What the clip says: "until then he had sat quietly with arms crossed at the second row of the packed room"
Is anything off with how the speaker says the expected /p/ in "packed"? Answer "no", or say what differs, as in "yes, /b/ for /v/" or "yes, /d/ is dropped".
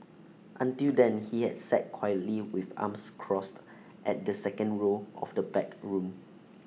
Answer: yes, /b/ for /p/